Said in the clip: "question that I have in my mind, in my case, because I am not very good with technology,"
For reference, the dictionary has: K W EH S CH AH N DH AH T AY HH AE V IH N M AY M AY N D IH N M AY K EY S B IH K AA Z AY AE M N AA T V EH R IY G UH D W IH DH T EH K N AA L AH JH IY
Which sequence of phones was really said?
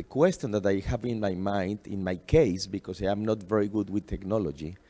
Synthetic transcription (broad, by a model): K W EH S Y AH N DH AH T AY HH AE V IH N M AY M AY N D IH N M AY K EY S B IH K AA S AY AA M N AA T V EH R IY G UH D W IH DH T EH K N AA L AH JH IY